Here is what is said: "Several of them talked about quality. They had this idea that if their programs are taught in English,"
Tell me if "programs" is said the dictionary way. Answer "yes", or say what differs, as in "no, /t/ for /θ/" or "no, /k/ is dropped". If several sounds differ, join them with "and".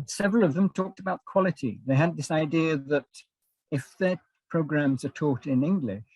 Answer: yes